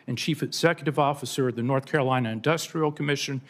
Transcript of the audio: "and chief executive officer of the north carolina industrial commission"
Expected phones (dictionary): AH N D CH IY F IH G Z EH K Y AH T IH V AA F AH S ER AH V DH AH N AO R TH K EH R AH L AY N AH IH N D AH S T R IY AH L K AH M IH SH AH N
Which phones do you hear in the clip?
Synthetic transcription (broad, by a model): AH N CH IY F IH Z EH K Y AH T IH V AA F AH S ER AH V DH AH N AO R TH K EH R AH L AY N AH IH N D AH S T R IY L K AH M IH SH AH N